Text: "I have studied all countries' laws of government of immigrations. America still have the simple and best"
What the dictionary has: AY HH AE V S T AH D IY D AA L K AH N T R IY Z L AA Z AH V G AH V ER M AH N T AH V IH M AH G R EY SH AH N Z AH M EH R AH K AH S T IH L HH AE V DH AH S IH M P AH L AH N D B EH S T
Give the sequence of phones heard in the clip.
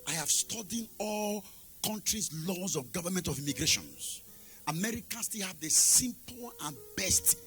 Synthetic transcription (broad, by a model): AY HH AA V S T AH D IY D AA L K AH N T R IY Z L AA Z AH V G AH V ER M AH N T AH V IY M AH G R EY SH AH N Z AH M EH R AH K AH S T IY L HH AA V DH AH S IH M P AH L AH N B EH S T